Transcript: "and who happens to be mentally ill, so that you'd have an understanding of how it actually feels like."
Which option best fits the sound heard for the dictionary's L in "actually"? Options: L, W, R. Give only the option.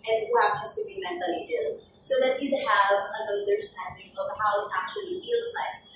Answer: L